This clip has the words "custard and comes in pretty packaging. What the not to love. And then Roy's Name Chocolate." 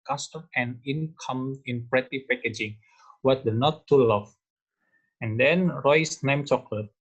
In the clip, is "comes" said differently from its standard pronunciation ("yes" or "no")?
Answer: yes